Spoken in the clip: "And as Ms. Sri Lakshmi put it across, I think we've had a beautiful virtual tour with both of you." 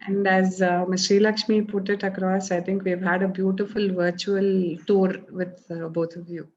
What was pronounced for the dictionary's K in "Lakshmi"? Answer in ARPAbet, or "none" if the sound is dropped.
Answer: K